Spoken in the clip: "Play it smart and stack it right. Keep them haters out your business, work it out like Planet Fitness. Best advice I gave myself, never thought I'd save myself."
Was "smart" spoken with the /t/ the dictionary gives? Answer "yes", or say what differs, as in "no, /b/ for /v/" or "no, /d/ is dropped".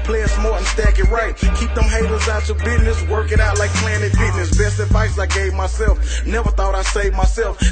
no, /t/ is dropped